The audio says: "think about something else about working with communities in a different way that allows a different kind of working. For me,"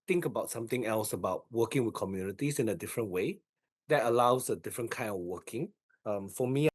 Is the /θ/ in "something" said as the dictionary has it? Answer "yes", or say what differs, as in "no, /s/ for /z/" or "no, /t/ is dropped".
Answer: no, /t/ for /θ/